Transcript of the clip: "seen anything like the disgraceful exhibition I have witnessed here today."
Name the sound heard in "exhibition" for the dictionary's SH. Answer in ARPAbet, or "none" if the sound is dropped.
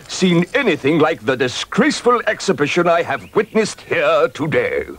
SH